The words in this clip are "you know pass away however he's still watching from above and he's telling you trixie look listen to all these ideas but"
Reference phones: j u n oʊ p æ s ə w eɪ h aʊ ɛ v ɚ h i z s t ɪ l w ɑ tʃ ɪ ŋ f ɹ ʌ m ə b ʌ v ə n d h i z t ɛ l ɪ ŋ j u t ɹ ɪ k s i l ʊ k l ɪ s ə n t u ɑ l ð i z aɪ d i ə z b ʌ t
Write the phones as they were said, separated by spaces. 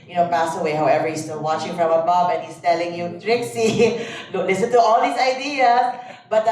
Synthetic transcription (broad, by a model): j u n oʊ p æ s ə w eɪ h aʊ ɛ v ɚ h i s t ɪ l w ɑ tʃ ɪ ŋ f ɹ ʌ m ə b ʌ b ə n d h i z t ɛ l ɪ ŋ j u t ɹ ɪ k s i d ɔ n l ɪ s ə n t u ɑ l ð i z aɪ d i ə s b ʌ t